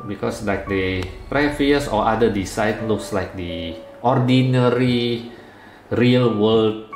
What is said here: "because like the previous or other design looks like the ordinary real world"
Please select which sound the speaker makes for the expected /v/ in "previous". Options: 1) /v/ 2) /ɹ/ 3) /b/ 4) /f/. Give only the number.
4